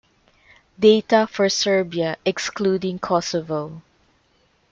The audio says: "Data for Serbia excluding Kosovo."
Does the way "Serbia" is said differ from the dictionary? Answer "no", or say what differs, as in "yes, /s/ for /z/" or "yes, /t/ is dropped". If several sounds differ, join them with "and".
no